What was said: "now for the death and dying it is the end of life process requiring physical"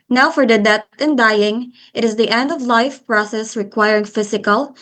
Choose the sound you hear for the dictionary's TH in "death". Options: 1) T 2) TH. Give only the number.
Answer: 1